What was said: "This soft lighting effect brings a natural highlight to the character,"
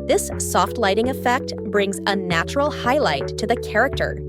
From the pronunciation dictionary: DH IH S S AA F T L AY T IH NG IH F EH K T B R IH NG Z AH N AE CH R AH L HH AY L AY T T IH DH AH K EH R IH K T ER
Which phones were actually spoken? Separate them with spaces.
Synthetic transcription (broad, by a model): DH IH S S AA F T L AY T IH NG IH F EH K T B R IH NG Z AH N AE CH R L HH AY L AY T T IH DH AH K EH R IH K T ER